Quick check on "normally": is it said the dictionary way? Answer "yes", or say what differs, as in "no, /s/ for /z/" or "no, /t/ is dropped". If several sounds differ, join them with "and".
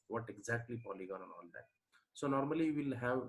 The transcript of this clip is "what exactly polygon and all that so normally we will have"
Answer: no, /l/ is dropped